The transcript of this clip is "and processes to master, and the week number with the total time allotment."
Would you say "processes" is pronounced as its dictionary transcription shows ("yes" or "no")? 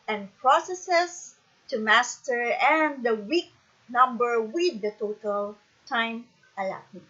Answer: no